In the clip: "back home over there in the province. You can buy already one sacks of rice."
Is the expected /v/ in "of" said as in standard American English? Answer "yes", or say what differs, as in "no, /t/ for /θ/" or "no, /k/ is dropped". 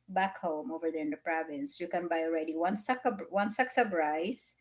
no, /b/ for /v/